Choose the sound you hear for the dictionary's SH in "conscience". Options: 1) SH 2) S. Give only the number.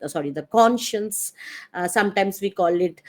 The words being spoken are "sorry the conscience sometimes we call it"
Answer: 1